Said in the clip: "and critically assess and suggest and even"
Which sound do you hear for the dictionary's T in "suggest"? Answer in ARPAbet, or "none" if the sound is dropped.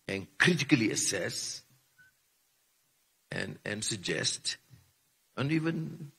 T